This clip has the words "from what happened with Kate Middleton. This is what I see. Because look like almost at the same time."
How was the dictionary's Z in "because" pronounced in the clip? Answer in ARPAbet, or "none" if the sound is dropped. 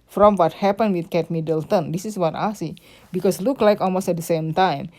S